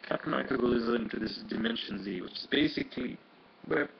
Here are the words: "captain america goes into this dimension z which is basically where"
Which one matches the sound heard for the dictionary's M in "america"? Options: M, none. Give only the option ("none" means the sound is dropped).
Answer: none